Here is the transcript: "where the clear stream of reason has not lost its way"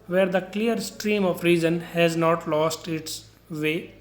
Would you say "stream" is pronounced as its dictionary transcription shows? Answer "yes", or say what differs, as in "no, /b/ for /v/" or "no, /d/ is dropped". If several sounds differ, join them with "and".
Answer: yes